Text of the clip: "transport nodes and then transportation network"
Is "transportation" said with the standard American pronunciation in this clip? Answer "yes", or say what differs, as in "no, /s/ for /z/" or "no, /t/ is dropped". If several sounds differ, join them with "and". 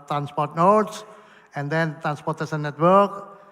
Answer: no, /s/ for /ʃ/